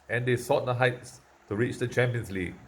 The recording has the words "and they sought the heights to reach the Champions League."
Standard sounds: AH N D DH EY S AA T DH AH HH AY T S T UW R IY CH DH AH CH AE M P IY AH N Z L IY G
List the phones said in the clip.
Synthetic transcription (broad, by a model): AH N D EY S AA T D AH HH AY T S T UW R IY CH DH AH CH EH M P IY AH N S L IY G